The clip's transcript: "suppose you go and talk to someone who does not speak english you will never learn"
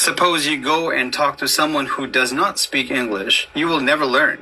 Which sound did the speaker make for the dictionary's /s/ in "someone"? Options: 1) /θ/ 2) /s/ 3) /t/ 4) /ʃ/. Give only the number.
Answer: 2